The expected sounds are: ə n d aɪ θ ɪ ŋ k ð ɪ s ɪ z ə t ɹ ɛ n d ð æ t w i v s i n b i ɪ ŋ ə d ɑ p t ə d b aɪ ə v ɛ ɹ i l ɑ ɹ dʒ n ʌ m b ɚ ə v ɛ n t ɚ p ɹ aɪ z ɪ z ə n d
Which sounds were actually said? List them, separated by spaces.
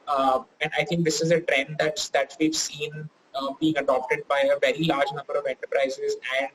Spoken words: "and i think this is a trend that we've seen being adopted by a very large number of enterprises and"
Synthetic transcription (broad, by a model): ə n d aɪ t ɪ ŋ k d ɪ s ɪ z ə t ɹ ɛ n d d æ t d i v s i n b i ɪ ŋ ə d ɑ p t ə d b aɪ ə v ɛ ɹ i l ɑ ɹ dʒ n ʌ m b ɚ ə v ɛ n t ɚ p ɹ aɪ z ɪ z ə n d